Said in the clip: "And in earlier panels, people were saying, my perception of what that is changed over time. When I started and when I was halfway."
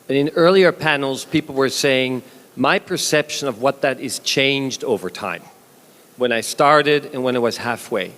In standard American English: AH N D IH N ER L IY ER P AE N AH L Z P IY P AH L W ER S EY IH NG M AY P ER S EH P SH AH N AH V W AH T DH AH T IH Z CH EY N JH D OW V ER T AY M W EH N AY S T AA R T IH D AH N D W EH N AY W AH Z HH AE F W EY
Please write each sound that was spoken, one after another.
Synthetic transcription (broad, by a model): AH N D IH N ER L IY ER P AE N L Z P IY P L W ER S EY IH NG M AY P ER S EH P SH AH N AH V W AH T DH AH T IH Z CH EY N JH D OW V ER T AY M W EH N AY S T AA R T IH D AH N W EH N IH W AH Z HH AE F W EY